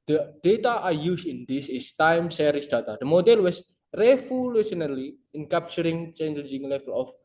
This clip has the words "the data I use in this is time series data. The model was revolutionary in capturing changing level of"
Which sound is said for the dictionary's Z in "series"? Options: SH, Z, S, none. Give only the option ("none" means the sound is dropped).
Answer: S